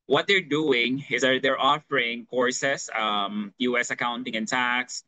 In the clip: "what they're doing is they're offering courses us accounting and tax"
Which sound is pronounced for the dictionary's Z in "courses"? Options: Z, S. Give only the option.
S